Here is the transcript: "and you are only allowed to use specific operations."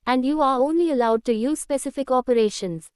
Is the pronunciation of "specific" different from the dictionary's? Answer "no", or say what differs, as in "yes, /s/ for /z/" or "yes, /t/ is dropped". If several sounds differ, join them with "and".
no